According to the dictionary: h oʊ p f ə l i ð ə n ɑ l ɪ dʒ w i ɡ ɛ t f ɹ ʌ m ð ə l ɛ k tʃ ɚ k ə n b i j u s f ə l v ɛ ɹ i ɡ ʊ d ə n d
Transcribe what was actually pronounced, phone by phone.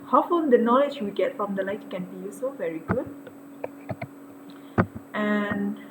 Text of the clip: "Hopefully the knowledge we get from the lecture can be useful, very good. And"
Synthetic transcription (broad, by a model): h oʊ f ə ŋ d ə n ɑ l ɪ dʒ w i ɡ ɛ t f ɹ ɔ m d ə l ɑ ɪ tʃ k ə n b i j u s ə v ɛ ɹ i ɡ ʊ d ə n